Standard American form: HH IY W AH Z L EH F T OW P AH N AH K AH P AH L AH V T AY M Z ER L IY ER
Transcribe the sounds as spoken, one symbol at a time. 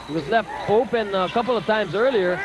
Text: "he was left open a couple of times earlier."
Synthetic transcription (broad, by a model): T W AH Z L EH F T OW P AH N AH K AH P L AH V T AY M Z ER L IY ER